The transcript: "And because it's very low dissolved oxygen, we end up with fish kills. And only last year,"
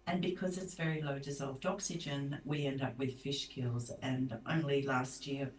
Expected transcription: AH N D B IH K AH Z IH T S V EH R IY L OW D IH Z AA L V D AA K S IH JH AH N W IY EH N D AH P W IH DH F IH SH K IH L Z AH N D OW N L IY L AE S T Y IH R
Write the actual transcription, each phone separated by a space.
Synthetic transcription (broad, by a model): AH N B IH K AH Z IH T S V EH R IY L OW D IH Z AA L V D AA K S IH JH AH N W IY EH N D AH P W IH DH F IH SH K IH L Z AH N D OW N L IY L AE S T Y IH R